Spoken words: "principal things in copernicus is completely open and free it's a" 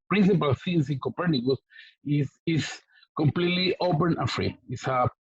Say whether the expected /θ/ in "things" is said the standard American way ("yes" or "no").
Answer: no